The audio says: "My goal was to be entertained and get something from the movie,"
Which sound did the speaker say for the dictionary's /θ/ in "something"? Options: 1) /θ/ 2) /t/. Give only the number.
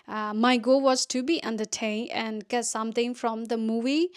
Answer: 2